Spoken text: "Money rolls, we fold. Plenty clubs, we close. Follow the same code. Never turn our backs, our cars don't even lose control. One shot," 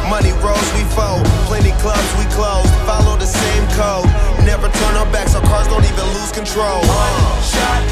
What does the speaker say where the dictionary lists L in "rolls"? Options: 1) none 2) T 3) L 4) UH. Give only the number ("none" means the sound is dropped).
1